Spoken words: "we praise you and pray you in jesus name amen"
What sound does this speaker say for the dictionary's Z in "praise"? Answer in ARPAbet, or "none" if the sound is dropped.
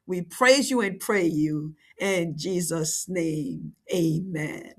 Z